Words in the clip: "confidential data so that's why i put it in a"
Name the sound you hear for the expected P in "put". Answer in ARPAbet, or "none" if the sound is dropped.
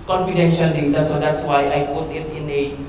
P